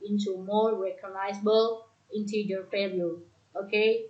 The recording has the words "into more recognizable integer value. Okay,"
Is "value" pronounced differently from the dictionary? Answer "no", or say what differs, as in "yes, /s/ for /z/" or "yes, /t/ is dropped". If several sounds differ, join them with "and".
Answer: yes, /p/ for /v/